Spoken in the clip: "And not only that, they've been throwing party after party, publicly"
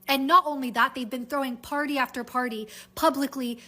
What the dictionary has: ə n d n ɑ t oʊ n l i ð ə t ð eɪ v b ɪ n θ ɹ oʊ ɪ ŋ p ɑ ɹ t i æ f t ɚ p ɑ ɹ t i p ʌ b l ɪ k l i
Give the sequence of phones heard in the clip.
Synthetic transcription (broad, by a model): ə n n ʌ t oʊ n l i ð ə t ð eɪ v b ɪ n θ ɹ oʊ ɪ ŋ p ɑ ɹ t i æ f t ɚ p ɑ ɹ t i p ʌ b l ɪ k l i